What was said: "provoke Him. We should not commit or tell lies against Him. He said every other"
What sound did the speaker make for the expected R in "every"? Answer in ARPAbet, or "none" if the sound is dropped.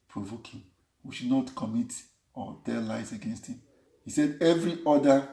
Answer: R